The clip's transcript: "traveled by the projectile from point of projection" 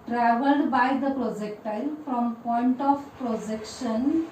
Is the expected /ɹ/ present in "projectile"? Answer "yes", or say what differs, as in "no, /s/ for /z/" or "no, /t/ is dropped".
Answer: yes